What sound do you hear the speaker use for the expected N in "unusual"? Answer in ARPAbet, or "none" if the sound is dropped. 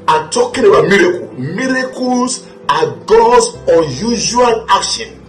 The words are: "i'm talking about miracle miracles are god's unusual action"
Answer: none